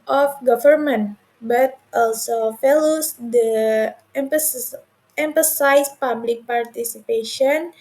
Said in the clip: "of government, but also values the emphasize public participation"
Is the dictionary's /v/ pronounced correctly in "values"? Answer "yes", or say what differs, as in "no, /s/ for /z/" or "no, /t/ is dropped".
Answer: no, /f/ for /v/